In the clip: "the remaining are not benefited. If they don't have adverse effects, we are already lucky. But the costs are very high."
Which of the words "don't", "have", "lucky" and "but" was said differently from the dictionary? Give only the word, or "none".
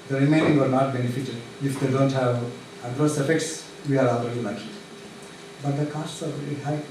lucky